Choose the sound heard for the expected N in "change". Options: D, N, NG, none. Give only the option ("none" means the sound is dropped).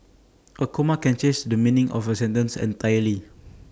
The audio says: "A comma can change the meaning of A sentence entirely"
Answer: none